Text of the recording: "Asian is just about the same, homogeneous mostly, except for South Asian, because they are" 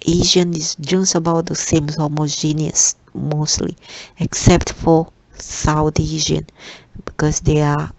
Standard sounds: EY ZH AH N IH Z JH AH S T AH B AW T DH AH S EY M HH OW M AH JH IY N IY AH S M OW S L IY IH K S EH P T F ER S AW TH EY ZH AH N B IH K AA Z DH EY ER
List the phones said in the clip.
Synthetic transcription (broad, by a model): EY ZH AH N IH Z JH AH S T AH B AW T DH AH S EY M HH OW M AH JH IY N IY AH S M OW S L IY IH K S EH P T F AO S AW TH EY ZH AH N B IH K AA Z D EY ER